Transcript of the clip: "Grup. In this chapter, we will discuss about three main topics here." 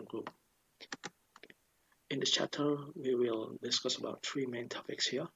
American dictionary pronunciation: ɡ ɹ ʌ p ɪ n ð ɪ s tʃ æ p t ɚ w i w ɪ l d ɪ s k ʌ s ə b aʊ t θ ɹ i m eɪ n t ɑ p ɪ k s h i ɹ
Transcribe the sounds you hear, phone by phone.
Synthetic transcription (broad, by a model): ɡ ɹ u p ɪ n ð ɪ tʃ æ p t ɚ w i w ɪ l d ɪ s k ʌ s ə b aʊ t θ ɹ i m eɪ n t ɑ p ɪ k s h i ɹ